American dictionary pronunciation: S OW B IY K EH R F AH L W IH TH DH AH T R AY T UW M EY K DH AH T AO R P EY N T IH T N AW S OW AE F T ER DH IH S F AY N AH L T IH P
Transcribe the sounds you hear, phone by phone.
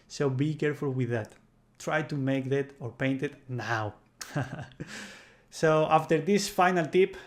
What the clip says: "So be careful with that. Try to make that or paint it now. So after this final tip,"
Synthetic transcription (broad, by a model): S OW B IY K EH R F AH L W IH DH AH T R AY T UW M EY K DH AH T AO R P EY N T IH T N AW S OW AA F T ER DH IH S F AY N AH L T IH P